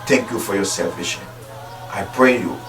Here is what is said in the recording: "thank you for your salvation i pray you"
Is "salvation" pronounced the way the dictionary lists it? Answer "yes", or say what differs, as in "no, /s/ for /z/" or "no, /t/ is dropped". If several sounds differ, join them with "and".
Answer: no, /n/ is dropped